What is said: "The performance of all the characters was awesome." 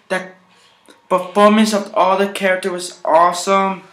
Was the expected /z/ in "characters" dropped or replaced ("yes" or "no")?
yes